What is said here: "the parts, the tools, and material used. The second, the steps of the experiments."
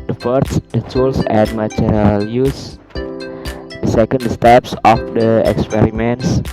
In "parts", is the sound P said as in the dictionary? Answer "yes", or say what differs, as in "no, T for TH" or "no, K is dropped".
no, F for P